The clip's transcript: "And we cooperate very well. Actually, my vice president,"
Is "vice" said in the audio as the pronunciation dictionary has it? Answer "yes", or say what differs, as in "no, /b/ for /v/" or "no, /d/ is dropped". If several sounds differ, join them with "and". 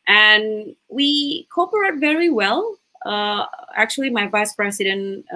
yes